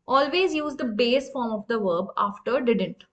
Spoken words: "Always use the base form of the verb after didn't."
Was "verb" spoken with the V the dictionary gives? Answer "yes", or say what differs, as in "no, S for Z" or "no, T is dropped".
yes